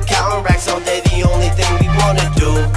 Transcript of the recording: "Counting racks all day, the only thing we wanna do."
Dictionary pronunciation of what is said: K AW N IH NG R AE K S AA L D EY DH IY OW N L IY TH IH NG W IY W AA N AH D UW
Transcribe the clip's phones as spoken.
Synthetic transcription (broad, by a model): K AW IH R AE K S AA N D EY DH IY OW N L IY TH IH NG W IY W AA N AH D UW